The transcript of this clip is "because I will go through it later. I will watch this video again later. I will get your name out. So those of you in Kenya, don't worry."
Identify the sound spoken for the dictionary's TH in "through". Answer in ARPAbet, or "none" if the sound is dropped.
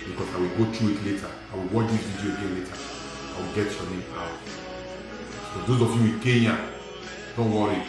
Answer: T